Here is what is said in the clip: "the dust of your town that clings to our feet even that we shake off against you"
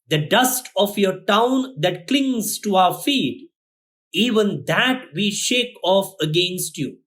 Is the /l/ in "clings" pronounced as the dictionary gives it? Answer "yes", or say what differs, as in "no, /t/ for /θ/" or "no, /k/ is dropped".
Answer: yes